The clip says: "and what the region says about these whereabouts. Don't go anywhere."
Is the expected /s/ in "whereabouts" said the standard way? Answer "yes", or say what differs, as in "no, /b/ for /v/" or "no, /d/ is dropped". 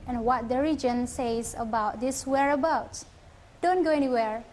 no, /s/ is dropped